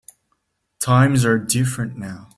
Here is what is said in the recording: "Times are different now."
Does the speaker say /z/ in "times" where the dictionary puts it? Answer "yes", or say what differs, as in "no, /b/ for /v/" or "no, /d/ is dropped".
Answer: yes